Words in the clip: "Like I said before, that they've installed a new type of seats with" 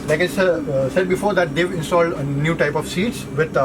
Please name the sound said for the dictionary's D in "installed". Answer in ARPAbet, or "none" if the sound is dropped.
D